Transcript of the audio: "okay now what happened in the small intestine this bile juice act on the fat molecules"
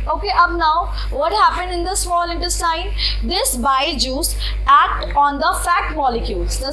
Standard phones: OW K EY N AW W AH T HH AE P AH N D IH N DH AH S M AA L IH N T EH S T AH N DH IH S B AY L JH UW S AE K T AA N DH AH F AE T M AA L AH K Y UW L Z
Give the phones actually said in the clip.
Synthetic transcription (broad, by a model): OW K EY N AW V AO T HH AE P AH N D IH N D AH S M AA L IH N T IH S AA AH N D IH S B AY JH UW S AE K T AA N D AH F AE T M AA L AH K Y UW L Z